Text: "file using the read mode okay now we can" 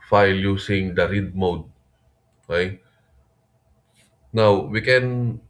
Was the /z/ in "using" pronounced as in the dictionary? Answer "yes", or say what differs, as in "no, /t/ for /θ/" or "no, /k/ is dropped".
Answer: no, /s/ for /z/